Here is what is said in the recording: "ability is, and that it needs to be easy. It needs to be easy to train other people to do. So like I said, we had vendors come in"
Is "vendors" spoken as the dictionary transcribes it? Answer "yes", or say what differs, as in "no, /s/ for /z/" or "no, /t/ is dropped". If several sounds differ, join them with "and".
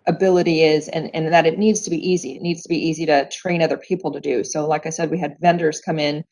yes